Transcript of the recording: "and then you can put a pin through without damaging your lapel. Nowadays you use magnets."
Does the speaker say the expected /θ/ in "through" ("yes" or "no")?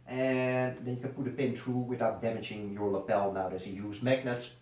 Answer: no